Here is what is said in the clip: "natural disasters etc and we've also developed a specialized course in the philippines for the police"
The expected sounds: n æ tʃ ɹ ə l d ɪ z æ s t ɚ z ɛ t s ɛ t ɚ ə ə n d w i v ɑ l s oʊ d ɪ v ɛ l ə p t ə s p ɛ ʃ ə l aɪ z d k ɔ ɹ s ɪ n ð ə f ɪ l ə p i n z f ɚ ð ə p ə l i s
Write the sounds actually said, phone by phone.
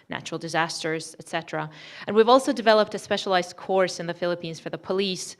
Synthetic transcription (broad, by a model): n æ tʃ ɹ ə l d ɪ z æ s t ɚ z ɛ t s ɛ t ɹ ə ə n w i v ɑ l s oʊ d ɪ v ɛ l ə p t ə s p ɛ ʃ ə l aɪ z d k ɔ ɹ s ɪ n ð ə f ɪ l ə p i n z f ɚ ð ə p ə l i s